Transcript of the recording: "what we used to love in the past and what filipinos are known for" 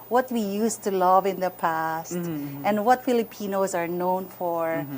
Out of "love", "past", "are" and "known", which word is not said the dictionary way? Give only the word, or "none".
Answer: none